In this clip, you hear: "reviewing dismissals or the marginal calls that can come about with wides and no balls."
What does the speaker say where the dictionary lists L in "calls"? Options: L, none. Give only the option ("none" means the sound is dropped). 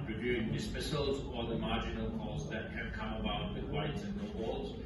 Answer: none